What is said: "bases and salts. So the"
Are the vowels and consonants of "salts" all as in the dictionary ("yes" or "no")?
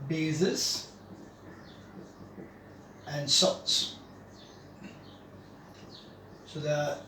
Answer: no